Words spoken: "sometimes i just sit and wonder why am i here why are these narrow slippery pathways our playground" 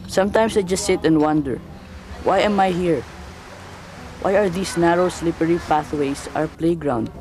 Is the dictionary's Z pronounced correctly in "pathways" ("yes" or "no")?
no